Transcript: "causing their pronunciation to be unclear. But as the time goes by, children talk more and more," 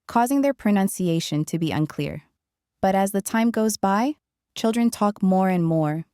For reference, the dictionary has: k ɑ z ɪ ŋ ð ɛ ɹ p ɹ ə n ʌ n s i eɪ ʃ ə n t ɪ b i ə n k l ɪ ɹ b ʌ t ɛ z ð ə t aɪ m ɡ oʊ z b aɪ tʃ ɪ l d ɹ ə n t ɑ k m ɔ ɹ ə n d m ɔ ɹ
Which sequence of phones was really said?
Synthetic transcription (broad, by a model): k ɑ z ɪ ŋ ð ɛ ɹ p ɹ ə n ʌ n s i eɪ ʃ ə n t ɪ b i ə n k l ɪ ɹ b ʌ t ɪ z ð ə t aɪ m ɡ oʊ z b aɪ tʃ ɪ l d ɹ ə n t ɑ k m ɔ ɹ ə n m ɔ ɹ